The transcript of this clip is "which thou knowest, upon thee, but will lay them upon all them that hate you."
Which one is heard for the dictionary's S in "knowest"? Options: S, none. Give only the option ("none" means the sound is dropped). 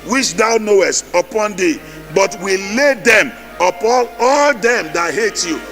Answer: S